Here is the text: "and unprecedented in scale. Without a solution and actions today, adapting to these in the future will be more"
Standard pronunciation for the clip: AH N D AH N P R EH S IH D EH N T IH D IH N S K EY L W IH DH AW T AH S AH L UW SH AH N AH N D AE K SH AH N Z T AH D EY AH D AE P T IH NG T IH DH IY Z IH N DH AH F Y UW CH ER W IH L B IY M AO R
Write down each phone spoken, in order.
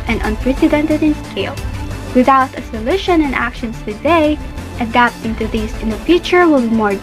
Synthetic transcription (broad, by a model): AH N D AH N P R EH S IH D EH N T IH D IH N S K EY L W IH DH AW T AH S AH L UW SH AH N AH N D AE K SH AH N S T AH D EY AH D AE P T IH NG T IH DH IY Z IH N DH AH F Y UW CH ER W IH L B IY M AO R